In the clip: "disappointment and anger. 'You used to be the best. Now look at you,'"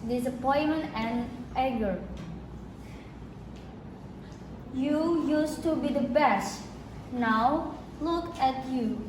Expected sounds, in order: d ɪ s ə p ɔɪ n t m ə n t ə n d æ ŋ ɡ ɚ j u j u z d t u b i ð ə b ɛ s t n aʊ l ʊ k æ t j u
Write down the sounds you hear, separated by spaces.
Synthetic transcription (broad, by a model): d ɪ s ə p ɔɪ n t m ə n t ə n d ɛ ɡ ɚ j u j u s t u b i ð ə b ɛ s t n aʊ l ʊ k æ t j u